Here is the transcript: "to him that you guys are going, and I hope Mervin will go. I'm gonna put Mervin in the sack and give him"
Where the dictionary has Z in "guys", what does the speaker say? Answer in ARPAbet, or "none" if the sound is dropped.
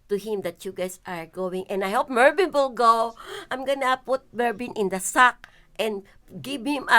S